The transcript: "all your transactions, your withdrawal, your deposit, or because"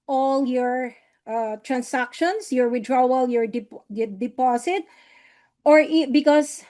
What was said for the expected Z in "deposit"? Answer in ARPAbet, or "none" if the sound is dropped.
S